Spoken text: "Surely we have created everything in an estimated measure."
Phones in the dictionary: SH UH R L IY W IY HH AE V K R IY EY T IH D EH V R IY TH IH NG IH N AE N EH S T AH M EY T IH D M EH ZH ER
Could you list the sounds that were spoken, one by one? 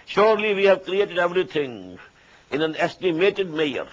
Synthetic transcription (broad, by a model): SH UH R L IY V IY HH AE V K R IY EY T IH D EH V R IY T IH NG IH N AE N EH S T AH M EY T IH D M EH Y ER